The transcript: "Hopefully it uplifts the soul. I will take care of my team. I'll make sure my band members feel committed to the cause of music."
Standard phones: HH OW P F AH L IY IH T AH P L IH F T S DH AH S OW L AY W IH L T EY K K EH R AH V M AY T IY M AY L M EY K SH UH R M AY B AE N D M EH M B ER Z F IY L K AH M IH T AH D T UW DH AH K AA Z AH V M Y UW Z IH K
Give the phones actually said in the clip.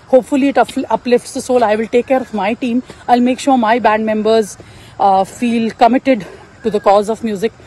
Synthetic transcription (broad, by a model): HH OW P F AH L IY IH T AH P L IH F T S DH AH S OW L AY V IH L T EY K K EH R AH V M AY T IY M AY L M EY K SH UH R M AY B AE N D M EH M B ER Z F IY L K AH M IH T AH D T UW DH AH K AA Z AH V M Y UW Z IH K